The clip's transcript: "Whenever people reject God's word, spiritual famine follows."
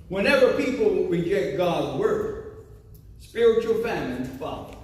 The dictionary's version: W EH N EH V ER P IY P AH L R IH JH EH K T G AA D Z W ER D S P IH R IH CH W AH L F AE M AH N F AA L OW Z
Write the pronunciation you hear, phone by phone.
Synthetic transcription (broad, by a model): W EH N EH V ER P IY P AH L R IH JH EH K T G AA D Z W ER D S P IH R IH CH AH L F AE M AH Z F AA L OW